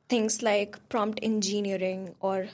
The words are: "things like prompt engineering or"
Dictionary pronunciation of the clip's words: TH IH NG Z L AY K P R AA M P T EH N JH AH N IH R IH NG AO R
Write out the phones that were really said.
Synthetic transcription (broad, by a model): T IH NG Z L AY K P R AA M P T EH N JH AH N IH R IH NG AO R